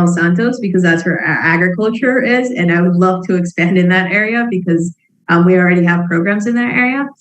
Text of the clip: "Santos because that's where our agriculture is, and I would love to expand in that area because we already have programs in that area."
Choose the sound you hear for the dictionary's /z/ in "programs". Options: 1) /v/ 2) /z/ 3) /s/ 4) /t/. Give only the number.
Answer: 2